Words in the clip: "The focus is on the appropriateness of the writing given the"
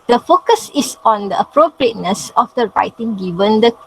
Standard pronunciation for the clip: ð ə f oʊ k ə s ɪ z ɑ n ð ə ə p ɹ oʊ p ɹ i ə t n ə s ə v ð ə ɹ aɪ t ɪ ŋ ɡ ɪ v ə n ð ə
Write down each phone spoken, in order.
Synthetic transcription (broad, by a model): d ə f oʊ k ə s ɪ s ɑ n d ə ə p ɹ oʊ p ɹ i ə t n ə s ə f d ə ɹ aɪ t ɪ ŋ ɡ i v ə n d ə